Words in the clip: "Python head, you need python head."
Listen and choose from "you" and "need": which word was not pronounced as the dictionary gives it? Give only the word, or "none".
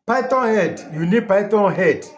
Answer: none